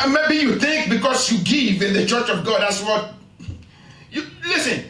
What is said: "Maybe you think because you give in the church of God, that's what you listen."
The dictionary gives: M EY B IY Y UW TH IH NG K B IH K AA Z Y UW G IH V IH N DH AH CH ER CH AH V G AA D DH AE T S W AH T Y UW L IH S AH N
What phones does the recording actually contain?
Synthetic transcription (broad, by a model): M EY B IY Y UW TH IH NG K B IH K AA S Y UW G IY V IH N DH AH CH ER CH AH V G AA D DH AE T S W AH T Y UW L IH S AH N